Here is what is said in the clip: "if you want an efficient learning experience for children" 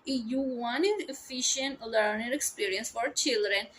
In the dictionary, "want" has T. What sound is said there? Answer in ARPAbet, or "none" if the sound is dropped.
none